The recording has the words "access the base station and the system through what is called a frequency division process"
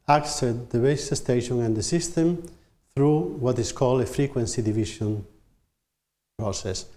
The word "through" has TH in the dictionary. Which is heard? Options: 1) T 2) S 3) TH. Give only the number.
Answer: 3